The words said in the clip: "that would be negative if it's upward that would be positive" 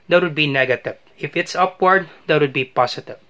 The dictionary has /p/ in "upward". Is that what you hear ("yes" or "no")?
yes